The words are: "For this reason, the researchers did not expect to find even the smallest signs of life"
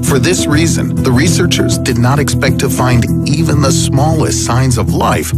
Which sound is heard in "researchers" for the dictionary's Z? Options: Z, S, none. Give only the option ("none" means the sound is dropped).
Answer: Z